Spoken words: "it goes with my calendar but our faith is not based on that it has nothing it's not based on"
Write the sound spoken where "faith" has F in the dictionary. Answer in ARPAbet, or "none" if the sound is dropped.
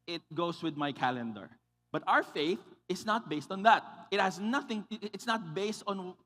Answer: F